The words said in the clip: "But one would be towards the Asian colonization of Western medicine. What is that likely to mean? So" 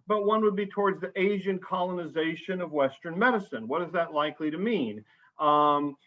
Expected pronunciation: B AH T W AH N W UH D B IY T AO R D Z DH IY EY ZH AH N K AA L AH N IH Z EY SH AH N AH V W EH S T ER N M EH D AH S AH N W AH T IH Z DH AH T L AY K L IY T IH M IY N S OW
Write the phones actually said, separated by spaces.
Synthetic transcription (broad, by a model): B AH T W AH N W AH D B IY T AO R D Z DH IY EY ZH AH N K AA L AH N IH Z EY SH AH N AH V W EH S T ER N M EH D AH S AH N W AH T IH Z DH AH T L AY K L IY T IH M IY N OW